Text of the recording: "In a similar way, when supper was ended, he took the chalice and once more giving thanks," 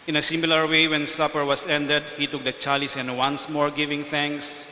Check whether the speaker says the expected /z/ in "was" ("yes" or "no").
no